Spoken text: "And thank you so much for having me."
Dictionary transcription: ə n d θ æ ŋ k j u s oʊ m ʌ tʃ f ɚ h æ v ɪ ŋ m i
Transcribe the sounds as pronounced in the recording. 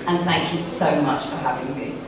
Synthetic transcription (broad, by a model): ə n θ æ ŋ k j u s oʊ m ʌ tʃ f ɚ h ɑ v ɪ ŋ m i